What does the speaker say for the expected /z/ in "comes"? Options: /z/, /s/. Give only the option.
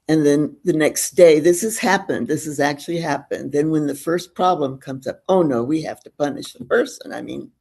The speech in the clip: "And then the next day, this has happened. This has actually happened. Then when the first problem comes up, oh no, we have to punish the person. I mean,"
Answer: /z/